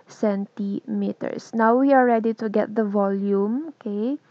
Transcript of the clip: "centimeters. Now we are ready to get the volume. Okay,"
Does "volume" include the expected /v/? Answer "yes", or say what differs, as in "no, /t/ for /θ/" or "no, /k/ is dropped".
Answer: yes